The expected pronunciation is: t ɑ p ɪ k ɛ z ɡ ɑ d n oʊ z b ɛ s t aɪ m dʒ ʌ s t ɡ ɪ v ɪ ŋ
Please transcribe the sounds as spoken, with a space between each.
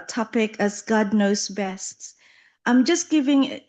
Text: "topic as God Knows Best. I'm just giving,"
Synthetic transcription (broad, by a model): t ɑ p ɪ k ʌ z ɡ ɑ d n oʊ s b ɛ s t aɪ m dʒ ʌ s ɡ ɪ v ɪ ŋ